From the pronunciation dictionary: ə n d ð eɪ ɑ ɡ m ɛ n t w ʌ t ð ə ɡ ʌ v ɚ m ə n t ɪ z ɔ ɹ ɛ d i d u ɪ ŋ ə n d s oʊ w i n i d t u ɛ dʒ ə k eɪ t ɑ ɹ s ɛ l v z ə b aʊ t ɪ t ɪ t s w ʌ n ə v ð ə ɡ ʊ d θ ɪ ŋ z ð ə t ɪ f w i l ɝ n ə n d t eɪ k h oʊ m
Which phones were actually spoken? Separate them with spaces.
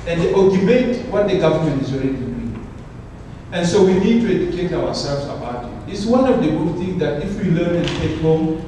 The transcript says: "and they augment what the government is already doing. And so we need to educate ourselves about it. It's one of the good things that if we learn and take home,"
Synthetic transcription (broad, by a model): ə n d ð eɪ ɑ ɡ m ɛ t w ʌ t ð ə ɡ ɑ v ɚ m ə n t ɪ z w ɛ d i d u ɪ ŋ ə n s oʊ w i n i d t u ɛ dʒ ə k eɪ t ɑ w s ɛ l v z ə b aʊ t ɪ t ɪ t s w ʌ n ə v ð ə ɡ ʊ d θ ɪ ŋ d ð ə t ɪ f w i l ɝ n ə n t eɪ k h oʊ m